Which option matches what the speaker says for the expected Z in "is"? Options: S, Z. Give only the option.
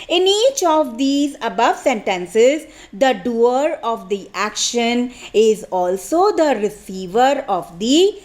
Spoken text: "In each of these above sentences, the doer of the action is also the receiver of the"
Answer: Z